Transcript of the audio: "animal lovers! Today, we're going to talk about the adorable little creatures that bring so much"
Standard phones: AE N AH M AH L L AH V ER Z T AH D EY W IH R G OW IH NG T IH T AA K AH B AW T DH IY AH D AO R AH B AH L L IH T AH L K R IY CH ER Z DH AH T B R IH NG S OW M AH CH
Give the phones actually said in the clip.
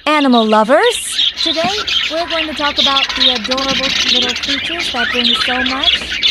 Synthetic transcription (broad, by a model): AE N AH M L L AH V ER Z T AH D EY W IH R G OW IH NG T IH T AA K AH B AW T DH IY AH D AO R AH B L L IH T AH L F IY CH ER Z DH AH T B IH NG S OW M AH CH